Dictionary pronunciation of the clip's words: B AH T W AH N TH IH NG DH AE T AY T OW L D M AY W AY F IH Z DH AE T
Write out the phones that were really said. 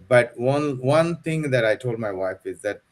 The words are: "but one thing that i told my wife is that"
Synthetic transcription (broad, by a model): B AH T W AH N T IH NG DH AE T AY T OW L D M AY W AY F IH Z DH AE T